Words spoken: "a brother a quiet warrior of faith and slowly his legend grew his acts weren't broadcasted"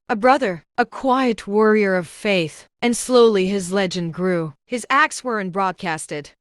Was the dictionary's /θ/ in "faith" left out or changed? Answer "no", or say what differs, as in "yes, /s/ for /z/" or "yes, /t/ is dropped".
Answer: no